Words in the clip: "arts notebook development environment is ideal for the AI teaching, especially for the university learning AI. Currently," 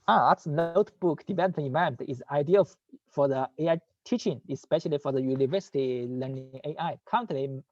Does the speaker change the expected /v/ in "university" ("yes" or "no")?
no